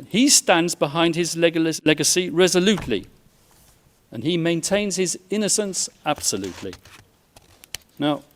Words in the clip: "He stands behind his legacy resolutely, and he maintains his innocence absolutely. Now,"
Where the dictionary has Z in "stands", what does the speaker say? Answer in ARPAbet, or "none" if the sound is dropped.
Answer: Z